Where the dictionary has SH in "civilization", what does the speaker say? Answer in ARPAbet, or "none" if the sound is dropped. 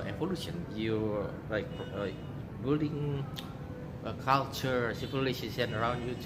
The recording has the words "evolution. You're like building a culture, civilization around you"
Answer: S